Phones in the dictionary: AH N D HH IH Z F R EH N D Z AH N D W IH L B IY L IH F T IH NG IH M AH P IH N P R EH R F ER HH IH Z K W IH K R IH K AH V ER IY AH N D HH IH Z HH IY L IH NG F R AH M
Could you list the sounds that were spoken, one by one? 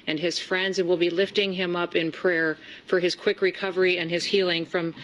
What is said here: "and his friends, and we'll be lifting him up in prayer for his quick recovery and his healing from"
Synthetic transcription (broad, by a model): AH N IH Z F R EH N D Z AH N W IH L B IY L IH F T IH NG IH M AH P IH N P R EH R F ER IH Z K W IH K R IH K AH V ER IY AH N IH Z HH IY L IH NG F R AH M